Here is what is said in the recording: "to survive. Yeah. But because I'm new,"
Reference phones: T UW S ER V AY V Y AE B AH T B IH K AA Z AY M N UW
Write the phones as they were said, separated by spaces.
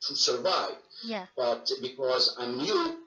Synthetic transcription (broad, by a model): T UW S ER V AY V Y B AH T B IH K AA Z AY M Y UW